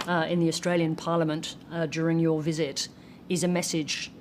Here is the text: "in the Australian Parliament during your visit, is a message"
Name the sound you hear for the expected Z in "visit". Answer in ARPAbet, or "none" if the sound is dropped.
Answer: Z